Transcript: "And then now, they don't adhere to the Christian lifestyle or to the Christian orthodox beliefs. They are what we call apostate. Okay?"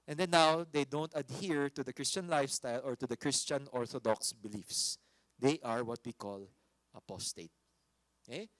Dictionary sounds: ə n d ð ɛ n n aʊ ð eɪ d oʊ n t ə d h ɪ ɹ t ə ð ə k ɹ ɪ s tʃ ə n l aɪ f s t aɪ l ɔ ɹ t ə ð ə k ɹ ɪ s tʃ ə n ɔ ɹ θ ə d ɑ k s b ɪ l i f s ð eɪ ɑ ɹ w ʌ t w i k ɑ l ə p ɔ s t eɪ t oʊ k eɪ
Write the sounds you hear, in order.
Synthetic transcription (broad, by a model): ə n d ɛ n n aʊ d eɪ d oʊ n t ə d h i ɹ t ə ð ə k ɹ ɪ s tʃ ə n l aɪ f s t aɪ l ɔ ɹ t ə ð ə k ɹ ɪ s tʃ ə n ɔ ɹ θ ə d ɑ k s b ɪ l i f s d eɪ ɑ ɹ w ʌ t w i k ɑ l ə p ɔ s t eɪ t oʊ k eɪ